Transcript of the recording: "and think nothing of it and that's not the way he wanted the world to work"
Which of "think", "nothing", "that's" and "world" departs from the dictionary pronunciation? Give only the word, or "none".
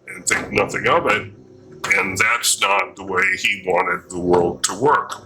think